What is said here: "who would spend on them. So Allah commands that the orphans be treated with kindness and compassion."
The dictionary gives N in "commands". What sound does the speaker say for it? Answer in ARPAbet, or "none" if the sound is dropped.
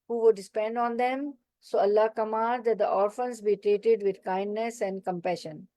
none